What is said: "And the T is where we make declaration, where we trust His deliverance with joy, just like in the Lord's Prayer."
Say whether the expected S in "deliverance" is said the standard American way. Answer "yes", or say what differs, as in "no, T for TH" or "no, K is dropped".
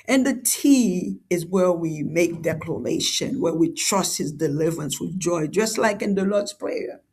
yes